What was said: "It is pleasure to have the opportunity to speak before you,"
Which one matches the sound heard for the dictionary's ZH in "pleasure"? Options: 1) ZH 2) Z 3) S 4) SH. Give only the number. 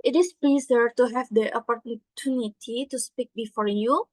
2